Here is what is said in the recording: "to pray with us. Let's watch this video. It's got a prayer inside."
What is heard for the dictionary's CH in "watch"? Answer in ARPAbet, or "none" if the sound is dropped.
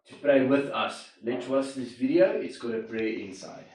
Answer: S